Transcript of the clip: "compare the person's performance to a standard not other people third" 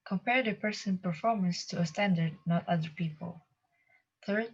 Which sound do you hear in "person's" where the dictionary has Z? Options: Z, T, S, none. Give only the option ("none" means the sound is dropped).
none